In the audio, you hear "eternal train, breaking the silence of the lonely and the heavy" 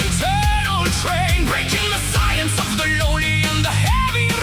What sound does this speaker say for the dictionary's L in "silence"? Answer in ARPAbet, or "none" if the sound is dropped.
none